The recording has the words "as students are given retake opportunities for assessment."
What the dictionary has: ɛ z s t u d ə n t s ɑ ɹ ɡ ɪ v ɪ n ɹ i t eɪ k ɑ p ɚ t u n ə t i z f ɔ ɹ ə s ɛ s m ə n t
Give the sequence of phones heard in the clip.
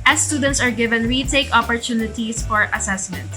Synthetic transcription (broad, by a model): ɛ s t u d ə n t s ɑ ɹ ɡ ɪ v ɪ n w i t eɪ k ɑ p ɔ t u n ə t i s f ɔ ɹ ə s ɛ s m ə n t